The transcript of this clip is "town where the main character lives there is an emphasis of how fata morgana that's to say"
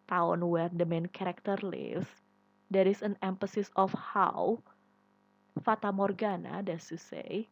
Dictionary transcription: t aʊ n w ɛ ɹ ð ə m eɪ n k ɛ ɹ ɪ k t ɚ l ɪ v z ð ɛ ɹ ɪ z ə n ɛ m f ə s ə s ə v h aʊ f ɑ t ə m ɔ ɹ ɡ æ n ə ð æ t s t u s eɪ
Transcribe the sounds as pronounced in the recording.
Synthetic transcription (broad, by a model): t aʊ n w ɛ ɹ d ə m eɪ n k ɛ ɹ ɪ k t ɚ l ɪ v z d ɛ ɹ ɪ s ə n ɛ m f ə s ə s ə f h aʊ f ɑ t ə m ɔ ɹ ɡ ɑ n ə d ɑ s t u s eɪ